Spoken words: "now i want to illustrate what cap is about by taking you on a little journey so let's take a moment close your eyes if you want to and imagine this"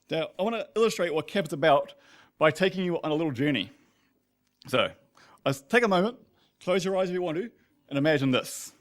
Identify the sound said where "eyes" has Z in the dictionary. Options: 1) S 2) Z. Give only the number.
2